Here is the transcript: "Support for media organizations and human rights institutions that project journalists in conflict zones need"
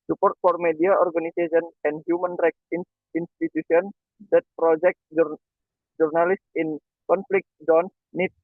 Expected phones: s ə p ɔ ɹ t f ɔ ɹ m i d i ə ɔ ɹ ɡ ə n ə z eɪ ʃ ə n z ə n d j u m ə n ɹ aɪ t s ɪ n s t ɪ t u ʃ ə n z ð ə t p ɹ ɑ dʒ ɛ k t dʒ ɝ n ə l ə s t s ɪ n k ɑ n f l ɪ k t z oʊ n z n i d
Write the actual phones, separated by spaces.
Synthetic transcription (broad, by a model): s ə p ɔ ɹ t f ɔ ɹ m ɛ d i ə ɔ ɹ ɡ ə n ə s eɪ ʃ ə n ə n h j u m ə n ɹ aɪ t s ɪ n s t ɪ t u s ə n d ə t p ɹ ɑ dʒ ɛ k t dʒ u n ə l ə s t ɪ n k ɑ n f l ɪ k t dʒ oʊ n s n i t